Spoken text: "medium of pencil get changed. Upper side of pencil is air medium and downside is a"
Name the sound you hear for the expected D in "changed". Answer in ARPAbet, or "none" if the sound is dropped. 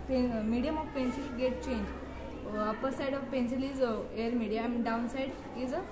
none